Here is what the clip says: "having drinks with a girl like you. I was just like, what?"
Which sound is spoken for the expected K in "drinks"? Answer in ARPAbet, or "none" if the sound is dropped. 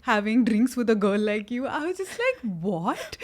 K